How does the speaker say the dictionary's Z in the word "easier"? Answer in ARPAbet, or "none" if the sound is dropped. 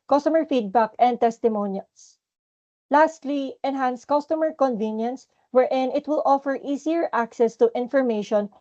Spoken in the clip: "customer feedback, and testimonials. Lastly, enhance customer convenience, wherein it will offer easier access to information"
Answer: S